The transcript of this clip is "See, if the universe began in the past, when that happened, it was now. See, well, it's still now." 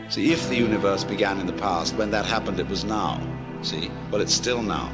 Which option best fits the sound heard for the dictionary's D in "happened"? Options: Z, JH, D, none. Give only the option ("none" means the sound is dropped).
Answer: D